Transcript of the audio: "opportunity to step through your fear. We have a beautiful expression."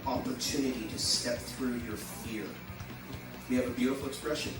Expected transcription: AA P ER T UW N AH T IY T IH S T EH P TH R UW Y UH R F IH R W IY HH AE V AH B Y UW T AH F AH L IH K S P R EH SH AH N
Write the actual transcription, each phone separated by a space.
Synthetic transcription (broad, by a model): AA P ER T UW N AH T IY T IH S T EH P TH R UW Y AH R F IH R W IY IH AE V AH B Y UW T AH F L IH K S P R EH SH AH N